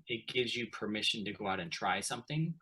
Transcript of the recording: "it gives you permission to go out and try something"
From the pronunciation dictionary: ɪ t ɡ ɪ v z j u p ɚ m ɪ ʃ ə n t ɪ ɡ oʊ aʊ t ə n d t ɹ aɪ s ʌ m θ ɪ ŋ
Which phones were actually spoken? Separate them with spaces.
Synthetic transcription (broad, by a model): ɪ t ɡ ɪ v z j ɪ p ɚ m ɪ ʃ ə n t ɪ ɡ oʊ aʊ t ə n t ɹ aɪ s ʌ m θ ɪ ŋ